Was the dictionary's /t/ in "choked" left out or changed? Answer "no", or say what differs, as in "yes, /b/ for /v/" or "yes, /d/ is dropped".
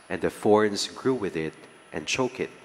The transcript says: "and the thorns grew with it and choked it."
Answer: yes, /t/ is dropped